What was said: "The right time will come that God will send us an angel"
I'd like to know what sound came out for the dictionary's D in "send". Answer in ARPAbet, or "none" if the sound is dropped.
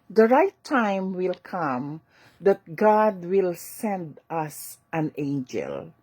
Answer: D